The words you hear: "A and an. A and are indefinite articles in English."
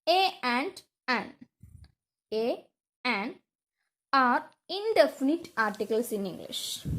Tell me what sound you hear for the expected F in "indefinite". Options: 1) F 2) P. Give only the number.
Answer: 1